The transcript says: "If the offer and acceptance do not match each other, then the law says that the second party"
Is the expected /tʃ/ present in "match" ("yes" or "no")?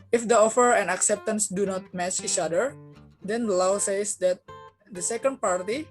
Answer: no